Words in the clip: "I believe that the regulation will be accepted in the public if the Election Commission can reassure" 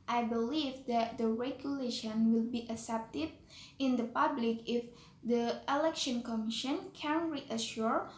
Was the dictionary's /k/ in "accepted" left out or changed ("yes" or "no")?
yes